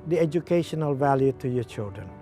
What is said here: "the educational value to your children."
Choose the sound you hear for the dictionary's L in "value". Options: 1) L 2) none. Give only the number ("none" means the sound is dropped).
1